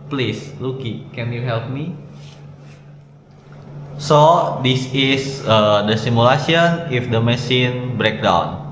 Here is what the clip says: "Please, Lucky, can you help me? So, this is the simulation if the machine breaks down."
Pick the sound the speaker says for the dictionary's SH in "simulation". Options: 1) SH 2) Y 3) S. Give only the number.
3